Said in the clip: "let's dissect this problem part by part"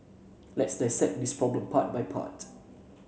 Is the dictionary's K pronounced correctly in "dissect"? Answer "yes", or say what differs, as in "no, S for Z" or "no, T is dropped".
no, K is dropped